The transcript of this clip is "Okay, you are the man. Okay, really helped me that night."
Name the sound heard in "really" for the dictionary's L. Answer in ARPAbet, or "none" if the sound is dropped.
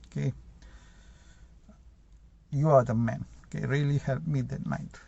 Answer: L